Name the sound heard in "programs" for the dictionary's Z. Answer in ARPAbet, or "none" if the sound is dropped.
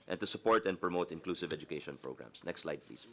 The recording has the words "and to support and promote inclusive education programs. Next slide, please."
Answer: S